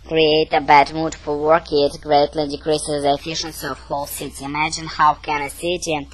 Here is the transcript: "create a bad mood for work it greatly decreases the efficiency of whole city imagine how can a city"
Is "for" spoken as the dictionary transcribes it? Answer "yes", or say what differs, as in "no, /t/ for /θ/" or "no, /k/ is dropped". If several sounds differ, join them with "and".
no, /l/ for /ɹ/